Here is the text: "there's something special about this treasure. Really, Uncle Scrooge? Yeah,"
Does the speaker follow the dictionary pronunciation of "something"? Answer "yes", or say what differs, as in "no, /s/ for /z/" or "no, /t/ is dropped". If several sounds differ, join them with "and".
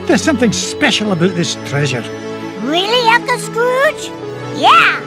yes